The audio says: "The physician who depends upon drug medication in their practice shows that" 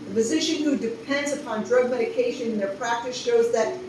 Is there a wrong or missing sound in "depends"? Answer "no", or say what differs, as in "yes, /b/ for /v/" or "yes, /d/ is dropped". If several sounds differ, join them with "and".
no